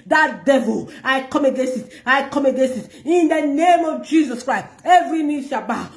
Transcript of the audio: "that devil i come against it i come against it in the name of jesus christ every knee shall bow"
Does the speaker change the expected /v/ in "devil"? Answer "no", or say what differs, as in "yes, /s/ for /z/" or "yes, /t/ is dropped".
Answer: no